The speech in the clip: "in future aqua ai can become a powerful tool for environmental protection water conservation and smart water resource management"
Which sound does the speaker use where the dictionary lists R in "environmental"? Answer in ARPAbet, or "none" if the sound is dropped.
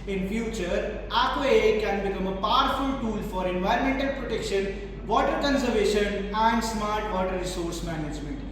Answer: R